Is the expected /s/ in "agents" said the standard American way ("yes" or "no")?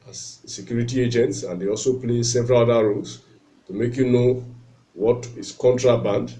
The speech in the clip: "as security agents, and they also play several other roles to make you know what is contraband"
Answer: yes